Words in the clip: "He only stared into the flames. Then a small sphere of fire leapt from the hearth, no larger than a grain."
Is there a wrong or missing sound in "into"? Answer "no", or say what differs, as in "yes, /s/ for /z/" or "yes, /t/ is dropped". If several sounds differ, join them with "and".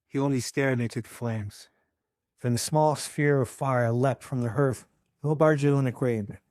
yes, /n/ is dropped